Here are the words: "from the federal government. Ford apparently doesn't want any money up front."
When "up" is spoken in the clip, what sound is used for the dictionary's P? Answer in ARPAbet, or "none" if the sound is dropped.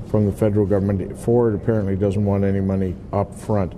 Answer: P